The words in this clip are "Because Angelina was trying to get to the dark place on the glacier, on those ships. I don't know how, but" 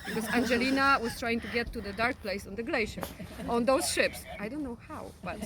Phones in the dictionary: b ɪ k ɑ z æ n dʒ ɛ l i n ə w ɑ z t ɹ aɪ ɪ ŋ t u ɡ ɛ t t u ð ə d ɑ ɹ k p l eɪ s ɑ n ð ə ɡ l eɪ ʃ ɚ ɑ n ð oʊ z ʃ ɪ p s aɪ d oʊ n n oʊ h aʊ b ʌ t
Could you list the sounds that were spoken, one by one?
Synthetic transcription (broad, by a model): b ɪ k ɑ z æ n dʒ ɛ l i n ə w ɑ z t ɹ aɪ ɪ ŋ t u ɡ ɛ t t u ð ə d ɑ ɹ k p l eɪ s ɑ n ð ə ɡ l eɪ ʃ ɚ ɑ n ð oʊ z ʃ ɪ p s aɪ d oʊ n n oʊ h aʊ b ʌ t